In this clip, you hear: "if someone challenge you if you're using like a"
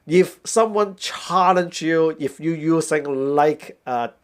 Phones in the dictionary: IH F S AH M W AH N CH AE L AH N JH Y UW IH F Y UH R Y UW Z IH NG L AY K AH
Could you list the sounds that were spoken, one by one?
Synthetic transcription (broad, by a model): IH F S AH M W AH N CH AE L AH N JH Y UW IH F Y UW Y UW S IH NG L AY K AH